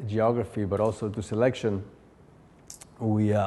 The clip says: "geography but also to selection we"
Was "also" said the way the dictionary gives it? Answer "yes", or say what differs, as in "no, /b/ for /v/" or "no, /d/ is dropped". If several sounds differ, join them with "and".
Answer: yes